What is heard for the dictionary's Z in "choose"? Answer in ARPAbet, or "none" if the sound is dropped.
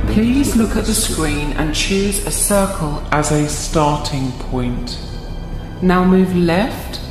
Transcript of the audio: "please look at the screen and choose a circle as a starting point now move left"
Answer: Z